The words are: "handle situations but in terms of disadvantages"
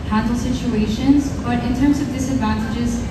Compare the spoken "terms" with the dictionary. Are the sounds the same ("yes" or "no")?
yes